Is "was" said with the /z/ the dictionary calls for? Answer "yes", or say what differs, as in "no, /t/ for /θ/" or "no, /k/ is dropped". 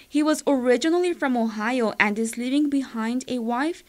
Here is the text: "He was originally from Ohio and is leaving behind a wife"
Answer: yes